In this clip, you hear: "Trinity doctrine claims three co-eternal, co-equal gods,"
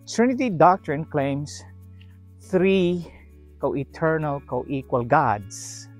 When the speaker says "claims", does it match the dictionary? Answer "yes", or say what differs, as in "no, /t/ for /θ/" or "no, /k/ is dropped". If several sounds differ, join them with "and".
no, /s/ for /z/